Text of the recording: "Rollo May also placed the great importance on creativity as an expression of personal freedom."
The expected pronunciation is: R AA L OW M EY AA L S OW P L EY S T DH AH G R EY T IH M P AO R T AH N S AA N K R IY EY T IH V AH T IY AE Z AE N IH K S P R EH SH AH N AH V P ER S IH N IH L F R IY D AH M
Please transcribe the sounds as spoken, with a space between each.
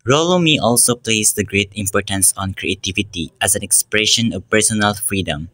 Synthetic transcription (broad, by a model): R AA L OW M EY AA L S OW P L EY S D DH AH G R EY T IH M P AO R T AH N S AA N K R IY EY T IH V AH T IY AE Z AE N IH K S P R EH SH AH N AH V P ER S IH N IH L F R IY D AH M